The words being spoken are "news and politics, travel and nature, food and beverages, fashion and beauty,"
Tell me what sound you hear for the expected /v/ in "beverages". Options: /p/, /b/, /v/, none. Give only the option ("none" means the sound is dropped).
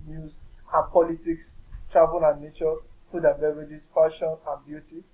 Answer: none